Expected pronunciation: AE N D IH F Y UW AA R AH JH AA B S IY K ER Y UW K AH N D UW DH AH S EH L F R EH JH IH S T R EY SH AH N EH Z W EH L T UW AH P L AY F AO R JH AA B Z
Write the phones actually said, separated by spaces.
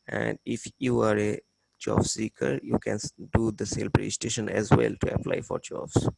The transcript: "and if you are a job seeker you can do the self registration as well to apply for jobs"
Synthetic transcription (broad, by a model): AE N D IH F Y UW AA R AH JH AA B S IY K ER Y UW K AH N D UW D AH S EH L P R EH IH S T EY SH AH N EH Z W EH L T UW AH P L AY F AO R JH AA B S